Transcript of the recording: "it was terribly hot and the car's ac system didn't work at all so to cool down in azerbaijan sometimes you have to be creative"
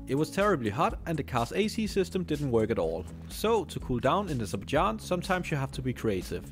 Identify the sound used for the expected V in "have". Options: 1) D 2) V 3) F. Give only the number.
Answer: 3